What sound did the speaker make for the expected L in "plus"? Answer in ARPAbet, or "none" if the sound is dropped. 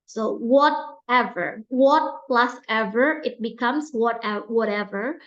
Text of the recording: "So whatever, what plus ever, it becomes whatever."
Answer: L